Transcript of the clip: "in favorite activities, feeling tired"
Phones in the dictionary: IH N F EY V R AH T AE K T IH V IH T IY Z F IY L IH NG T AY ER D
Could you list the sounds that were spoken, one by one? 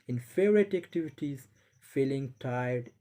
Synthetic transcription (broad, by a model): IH N F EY R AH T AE K T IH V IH T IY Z F IY L IH NG T AY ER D